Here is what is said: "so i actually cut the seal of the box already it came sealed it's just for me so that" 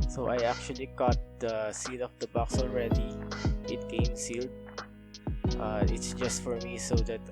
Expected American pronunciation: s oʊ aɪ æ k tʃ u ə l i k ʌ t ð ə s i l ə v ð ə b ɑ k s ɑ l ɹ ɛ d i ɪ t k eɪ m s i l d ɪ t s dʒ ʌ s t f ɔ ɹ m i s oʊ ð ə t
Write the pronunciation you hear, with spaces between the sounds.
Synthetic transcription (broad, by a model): s oʊ aɪ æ k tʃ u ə l i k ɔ t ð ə s i l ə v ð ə b ɑ k s ɑ l ɹ ɛ d i ɪ t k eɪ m s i l d ɪ t s dʒ ʌ s t f ɔ ɹ m i s oʊ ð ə t